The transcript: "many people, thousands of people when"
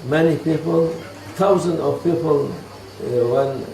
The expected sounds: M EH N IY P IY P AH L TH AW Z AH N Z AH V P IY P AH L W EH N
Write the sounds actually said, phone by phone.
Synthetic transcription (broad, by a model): M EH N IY P IY P AH L T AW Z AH N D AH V P IY P AH L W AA N